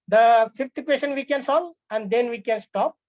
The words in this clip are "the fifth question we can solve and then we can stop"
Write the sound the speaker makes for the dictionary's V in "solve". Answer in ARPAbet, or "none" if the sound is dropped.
none